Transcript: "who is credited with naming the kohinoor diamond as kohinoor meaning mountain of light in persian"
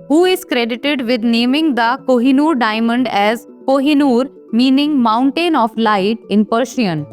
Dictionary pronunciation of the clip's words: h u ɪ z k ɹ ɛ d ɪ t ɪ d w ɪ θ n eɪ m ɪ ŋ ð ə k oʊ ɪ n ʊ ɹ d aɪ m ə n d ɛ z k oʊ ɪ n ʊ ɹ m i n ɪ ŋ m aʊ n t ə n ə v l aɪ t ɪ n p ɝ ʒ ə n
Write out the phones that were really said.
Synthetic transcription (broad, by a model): h u ɪ z k ɹ ɛ d ɪ t ɪ d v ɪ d n eɪ m ɪ ŋ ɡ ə k oʊ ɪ n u ɹ d aɪ m ə n d ɛ z k oʊ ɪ n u ɹ m i n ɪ ŋ m aʊ n t ə n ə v l aɪ t ɪ n p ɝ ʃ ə n